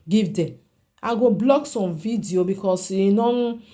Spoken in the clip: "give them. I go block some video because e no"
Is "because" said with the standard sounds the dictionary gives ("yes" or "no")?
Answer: no